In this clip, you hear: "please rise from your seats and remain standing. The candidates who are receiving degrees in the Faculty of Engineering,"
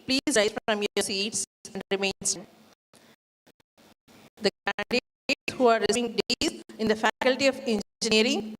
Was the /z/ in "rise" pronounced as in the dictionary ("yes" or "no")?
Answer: no